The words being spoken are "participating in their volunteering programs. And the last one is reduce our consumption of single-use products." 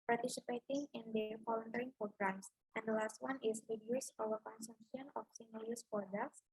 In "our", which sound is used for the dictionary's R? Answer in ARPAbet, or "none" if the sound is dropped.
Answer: W